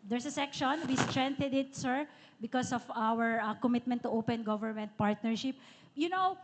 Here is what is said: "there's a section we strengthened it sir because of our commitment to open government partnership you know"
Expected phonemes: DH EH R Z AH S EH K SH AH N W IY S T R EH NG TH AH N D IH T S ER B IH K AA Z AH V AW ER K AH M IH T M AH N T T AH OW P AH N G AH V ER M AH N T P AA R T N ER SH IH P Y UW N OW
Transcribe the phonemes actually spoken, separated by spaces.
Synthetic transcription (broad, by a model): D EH R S AH S EH K SH AH N W IY S T R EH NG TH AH D IH T S ER B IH K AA S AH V AW ER K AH M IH T M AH N T T OW P AH N G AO V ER M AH N T P AA R T N ER SH IH P Y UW N OW